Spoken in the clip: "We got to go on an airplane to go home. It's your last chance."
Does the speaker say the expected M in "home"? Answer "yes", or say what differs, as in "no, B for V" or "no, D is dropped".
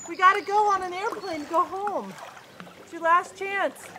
no, M is dropped